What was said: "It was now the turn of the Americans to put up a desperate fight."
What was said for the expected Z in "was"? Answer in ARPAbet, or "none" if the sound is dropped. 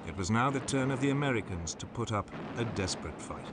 Z